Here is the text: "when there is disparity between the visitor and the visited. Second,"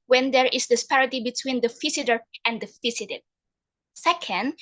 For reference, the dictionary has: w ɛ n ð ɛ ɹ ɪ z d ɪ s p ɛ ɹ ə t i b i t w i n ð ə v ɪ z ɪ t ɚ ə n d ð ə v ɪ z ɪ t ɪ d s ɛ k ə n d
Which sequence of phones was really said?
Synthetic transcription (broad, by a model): w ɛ n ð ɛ ɹ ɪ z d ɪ s p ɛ ɹ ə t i b i t w i n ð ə f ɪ s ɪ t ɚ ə n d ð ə f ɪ s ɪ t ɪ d s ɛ k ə n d